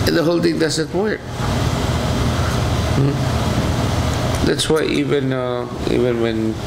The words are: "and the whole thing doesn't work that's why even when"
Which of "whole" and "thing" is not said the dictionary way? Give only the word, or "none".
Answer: thing